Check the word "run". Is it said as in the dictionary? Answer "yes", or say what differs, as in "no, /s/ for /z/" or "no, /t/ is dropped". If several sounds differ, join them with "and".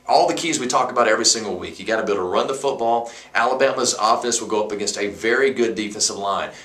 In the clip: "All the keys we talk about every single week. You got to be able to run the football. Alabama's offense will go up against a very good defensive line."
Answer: yes